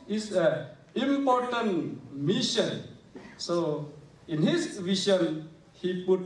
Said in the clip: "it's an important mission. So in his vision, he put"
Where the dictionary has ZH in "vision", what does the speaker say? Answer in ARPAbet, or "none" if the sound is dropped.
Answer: SH